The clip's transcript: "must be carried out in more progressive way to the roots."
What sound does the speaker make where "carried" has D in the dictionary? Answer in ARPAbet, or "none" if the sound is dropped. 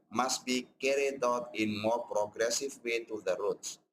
D